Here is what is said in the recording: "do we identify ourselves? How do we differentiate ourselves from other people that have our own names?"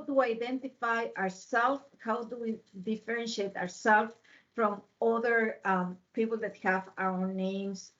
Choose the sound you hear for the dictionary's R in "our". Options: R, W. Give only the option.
W